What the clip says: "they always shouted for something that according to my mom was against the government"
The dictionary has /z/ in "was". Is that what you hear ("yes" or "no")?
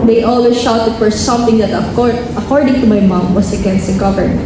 no